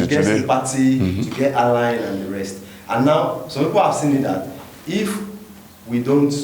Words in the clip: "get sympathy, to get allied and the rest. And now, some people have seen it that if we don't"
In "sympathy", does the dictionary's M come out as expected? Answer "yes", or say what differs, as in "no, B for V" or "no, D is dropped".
no, M is dropped